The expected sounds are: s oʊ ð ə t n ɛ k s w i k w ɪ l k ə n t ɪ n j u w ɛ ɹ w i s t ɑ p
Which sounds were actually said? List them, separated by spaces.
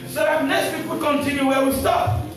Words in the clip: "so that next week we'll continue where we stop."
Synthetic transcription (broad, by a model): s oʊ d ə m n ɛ s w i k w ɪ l k ə n t ɪ n j u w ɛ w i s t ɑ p